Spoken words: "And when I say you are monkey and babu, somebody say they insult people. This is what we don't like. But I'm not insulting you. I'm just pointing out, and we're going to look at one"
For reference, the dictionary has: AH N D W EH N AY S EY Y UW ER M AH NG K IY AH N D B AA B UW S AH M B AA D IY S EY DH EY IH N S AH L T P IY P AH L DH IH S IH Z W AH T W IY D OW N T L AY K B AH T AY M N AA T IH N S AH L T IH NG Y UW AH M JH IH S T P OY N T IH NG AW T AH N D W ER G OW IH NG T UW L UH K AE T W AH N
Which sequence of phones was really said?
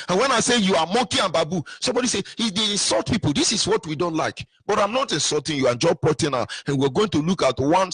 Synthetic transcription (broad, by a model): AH N W EH N AY S EY Y UW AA M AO K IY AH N B AA B UW S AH M B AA D IY S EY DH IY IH N S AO L T P IY P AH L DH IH S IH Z W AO T W IY D OW N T L AY K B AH T AY M N AA T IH N S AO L T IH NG Y UW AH JH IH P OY T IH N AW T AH N W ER G OW IH NG T UW L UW K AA T W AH N